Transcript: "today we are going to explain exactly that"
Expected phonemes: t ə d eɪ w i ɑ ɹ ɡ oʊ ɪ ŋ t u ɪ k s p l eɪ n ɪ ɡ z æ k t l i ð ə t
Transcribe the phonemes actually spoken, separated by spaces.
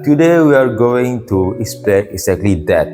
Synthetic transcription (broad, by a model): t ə d eɪ w i ɑ ɹ ɡ oʊ ɪ ŋ t u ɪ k s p eɪ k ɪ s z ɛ k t l i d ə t